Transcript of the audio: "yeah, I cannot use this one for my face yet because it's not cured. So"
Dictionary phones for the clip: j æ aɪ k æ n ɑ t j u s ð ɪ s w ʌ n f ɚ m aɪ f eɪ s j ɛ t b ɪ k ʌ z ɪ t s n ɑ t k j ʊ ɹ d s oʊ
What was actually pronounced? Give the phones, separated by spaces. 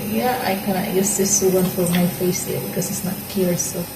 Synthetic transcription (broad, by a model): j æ aɪ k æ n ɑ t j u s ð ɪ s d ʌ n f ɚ m aɪ f eɪ s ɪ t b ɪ k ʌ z ɪ t s n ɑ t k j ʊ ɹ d s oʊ